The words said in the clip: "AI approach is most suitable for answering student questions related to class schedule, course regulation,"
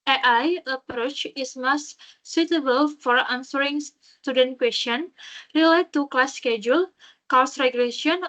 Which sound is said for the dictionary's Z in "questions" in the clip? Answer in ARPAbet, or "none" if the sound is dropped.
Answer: none